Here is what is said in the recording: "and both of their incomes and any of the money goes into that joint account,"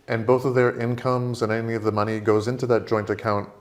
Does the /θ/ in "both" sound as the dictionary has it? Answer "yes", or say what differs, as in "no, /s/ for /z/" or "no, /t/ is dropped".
yes